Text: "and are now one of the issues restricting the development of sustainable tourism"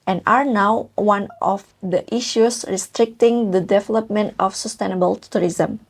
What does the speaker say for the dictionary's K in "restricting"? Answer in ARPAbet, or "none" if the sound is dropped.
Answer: K